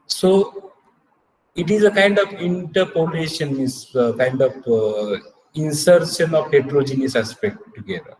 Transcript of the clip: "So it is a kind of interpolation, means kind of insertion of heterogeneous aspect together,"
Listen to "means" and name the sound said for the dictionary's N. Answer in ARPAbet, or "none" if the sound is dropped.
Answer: none